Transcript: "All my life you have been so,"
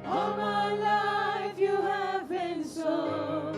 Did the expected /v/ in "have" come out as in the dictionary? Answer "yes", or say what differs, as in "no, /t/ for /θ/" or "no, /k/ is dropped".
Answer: yes